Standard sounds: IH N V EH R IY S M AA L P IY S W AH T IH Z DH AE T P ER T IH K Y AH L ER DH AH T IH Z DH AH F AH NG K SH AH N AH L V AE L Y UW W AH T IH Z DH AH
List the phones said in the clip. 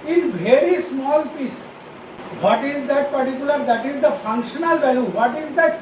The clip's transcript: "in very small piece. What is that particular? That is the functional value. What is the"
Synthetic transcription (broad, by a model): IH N B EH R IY S M AA L P IY S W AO T IH Z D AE T P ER T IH K Y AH L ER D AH T IH Z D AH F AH NG K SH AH N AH L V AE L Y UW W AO T IH Z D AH